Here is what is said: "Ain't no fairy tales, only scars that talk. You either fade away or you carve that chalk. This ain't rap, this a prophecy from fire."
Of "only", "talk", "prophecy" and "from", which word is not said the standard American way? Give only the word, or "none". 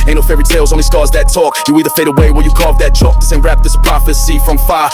only